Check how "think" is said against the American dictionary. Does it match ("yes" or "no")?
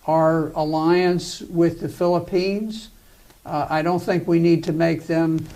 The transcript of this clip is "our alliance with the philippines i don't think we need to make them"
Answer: yes